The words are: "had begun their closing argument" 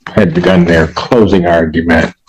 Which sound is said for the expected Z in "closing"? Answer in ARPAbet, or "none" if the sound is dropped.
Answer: Z